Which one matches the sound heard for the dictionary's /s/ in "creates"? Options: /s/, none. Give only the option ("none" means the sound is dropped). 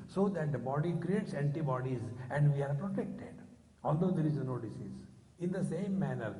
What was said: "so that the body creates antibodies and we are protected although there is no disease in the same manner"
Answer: /s/